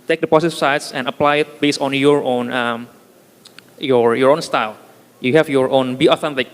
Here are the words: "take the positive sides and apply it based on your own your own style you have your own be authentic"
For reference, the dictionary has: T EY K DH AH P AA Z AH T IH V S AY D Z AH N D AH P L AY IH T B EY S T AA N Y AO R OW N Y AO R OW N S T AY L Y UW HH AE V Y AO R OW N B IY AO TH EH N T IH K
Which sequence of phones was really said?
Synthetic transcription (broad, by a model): T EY K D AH P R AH S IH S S AY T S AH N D AH P L AY IH T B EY S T AA N Y AO R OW N Y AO R OW N S T AY L Y UW HH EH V Y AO R OW N B IY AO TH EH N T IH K